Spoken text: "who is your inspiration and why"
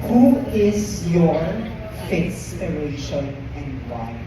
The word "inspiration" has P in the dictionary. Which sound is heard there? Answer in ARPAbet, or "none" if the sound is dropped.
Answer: none